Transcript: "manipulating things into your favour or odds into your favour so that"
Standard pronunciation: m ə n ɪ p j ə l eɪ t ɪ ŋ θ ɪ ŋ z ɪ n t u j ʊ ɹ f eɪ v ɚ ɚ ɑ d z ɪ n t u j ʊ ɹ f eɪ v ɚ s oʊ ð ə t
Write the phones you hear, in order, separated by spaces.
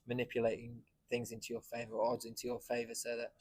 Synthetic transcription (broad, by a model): m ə n ɪ p j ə l eɪ t ɪ ŋ θ ɪ ŋ z ɪ n t u j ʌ f eɪ v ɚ ɚ ɑ d z ɪ n t u j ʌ f eɪ v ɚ s oʊ ð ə t